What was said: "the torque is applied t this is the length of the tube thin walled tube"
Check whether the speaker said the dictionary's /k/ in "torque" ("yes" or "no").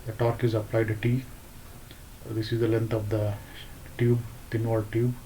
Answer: yes